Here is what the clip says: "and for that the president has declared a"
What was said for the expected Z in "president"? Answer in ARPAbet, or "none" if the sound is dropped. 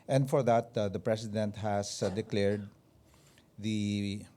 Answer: S